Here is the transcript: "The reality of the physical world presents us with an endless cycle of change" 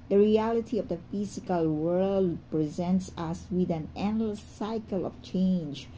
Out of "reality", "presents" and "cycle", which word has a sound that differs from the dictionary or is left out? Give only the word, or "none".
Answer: none